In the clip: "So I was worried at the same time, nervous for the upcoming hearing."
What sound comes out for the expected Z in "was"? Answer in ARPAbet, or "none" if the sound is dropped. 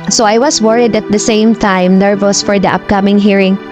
S